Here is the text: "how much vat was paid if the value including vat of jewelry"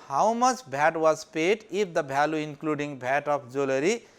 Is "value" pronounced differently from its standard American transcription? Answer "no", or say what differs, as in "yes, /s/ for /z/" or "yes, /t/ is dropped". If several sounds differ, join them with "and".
yes, /b/ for /v/